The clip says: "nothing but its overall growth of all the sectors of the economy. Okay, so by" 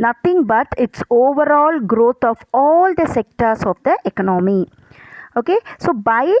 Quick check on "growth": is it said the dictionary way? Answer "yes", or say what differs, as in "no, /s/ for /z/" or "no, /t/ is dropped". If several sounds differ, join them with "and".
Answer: no, /t/ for /θ/